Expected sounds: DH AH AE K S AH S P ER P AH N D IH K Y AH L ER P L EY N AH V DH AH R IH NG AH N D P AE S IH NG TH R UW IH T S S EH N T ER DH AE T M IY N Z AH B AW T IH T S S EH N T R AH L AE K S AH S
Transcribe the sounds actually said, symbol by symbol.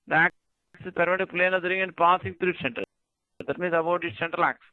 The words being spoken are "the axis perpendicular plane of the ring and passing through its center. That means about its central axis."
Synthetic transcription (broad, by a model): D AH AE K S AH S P P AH D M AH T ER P L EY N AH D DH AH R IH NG AH N D P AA S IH NG T R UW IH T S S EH N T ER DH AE T M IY N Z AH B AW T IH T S S EH N T R AH L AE K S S